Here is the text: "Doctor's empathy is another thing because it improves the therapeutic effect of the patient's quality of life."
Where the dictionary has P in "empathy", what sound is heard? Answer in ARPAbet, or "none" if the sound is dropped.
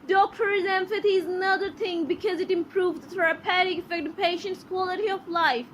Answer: F